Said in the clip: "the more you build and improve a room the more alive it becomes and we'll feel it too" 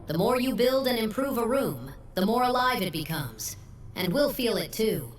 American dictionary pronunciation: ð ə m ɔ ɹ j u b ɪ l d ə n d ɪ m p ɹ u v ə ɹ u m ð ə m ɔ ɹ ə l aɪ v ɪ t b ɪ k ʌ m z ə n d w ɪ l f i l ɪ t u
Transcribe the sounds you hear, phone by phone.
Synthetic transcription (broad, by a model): ð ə m ɔ ɹ j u b ɪ l d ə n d ɪ m p ɹ u v ə ɹ u m ð ə m ɔ ɹ ə l aɪ v ɪ t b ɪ k ʌ m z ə n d w ɪ l f i l ɪ t u